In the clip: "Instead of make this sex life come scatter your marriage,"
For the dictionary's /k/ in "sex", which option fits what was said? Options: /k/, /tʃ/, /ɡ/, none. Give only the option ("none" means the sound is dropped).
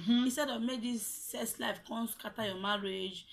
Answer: none